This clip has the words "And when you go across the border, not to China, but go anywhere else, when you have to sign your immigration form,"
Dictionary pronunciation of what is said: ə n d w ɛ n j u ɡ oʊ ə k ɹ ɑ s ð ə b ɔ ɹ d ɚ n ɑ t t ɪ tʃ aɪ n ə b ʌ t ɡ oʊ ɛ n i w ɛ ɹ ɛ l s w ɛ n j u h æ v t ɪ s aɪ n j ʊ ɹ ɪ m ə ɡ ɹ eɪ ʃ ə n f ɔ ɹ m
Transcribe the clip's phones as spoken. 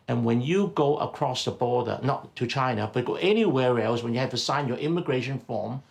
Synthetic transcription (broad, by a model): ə n w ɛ n j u ɡ oʊ ə k ɹ ɑ s ð ə b ɔ ɹ d ɚ n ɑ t t ɪ tʃ aɪ n ə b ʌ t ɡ oʊ ɛ n i w ɛ ɹ ɛ l s w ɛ n j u h æ v t ɪ s aɪ n j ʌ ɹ ɪ m ə ɡ ɹ eɪ ʃ ə n f ɔ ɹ m